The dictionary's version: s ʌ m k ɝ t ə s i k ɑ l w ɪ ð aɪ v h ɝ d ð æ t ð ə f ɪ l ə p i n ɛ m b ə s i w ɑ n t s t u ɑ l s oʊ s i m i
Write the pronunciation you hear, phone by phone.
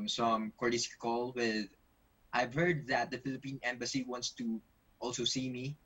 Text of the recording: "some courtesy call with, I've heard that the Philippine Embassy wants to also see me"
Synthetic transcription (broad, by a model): s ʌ m k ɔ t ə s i k ɑ l w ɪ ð aɪ v h ɝ d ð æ t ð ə f ɪ l ə p i n ɛ m b ə s i w ɑ n t s t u ɑ l s oʊ s i m i